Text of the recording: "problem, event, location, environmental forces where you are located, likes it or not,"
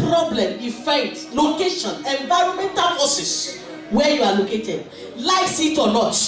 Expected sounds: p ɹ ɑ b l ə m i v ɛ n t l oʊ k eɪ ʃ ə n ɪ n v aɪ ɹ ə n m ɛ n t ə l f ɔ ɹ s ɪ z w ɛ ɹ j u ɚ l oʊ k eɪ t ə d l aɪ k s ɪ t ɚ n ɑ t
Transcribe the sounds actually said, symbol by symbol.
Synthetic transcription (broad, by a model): ɹ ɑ b l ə m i f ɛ t l oʊ k eɪ ʃ ə n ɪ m v aɪ ɹ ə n m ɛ n t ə l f ɔ s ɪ s w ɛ j u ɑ l oʊ k eɪ t ə d l aɪ s ɪ t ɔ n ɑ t